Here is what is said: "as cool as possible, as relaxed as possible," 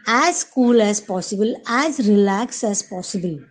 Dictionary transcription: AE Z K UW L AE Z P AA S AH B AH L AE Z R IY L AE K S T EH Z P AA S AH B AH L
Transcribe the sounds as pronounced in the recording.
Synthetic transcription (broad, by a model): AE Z K UW L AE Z P AA S AH B AH L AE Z R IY L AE K S EH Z P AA S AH B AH L